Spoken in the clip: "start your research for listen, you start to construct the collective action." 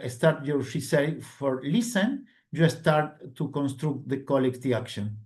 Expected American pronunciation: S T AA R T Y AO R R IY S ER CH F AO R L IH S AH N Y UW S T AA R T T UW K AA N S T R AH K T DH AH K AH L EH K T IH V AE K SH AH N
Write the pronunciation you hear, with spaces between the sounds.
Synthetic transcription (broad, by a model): S T AA R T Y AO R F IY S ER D F AO R L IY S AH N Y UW S T AA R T T UW K AA N S T R AH K T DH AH K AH L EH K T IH AA K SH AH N